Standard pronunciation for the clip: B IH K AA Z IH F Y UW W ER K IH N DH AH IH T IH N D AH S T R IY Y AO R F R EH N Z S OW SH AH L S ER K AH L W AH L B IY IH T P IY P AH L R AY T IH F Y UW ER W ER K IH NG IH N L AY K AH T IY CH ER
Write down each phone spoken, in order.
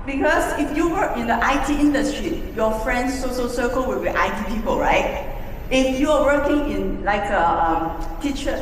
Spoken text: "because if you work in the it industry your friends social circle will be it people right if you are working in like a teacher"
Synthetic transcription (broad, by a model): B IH K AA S IH F Y UW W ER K IH N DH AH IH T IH N D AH S T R IY Y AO F R EH N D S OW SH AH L S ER K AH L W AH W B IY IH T P IY P AH L R AY T IH F Y UW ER W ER K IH NG IH N L AY K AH T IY CH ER